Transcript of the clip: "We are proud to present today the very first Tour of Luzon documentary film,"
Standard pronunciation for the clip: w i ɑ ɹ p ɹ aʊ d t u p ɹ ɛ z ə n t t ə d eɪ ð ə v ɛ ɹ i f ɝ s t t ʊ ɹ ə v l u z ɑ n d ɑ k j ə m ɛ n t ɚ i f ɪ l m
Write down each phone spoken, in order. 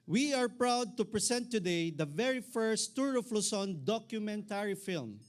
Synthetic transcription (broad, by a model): w i ɑ ɹ p ɹ aʊ d t u p ɹ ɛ s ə n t t ə d eɪ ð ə v ɛ ɹ i f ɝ s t t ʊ ɹ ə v l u s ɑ n d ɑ k j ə m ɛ n t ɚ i f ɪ l m